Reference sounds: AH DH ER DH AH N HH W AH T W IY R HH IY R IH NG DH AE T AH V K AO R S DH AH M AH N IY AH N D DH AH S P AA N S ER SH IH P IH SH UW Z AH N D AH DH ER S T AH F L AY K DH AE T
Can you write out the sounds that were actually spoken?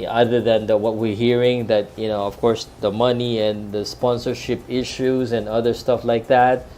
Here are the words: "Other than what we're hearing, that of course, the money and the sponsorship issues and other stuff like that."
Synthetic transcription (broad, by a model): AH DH ER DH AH N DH W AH T W IY R HH IY R IH NG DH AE T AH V K AO R S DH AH M AH N IY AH N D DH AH S P AA N S ER SH IH P IH SH UW Z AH N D AH DH ER S T AH F L AY K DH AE T